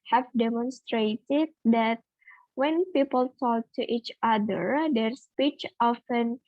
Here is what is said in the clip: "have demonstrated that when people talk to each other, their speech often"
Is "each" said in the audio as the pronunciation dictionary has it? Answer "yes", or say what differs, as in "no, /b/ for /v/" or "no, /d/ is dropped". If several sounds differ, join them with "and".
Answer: yes